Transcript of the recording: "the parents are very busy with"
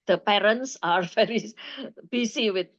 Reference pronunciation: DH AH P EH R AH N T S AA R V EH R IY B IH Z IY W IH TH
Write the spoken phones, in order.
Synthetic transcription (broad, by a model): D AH P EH R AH N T S AA R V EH R IY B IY S IY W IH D